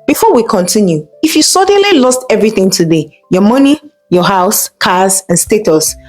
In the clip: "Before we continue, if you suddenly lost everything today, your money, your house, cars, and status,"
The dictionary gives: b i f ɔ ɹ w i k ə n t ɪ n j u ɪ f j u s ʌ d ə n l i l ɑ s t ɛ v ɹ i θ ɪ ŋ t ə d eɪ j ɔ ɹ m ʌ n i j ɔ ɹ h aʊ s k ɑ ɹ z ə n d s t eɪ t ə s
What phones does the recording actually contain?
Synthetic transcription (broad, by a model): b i f ɔ w i k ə n t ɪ n j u ɪ f j u s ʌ d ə n l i l ɑ s t ɛ v ɹ i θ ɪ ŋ t ə d eɪ j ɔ m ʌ n i j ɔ h aʊ s k ɑ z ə n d s t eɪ t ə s